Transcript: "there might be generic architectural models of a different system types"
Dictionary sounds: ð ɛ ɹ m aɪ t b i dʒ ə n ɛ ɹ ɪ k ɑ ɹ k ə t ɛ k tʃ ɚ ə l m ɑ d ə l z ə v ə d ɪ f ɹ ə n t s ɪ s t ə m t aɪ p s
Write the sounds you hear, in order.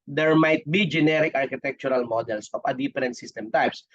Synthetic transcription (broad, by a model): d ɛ ɹ m aɪ t b i dʒ ə n ɛ ɹ ɪ k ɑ ɹ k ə t ɛ k tʃ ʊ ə l m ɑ d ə l s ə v ə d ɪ p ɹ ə n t s ɪ s t ə m t aɪ p s